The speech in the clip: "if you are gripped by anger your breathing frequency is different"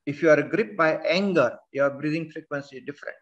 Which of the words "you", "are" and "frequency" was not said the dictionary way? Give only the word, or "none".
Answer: none